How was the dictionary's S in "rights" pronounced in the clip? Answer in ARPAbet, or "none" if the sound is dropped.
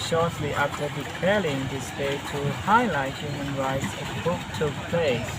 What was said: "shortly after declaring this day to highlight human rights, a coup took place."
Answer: S